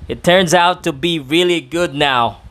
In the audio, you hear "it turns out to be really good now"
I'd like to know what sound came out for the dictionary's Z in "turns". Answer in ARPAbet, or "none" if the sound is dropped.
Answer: Z